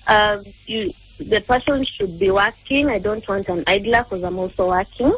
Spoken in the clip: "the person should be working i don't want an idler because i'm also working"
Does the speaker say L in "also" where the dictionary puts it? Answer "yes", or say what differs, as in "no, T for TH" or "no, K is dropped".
no, L is dropped